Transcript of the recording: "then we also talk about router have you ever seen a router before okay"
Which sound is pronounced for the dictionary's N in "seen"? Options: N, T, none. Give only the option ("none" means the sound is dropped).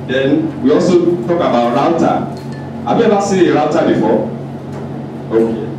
none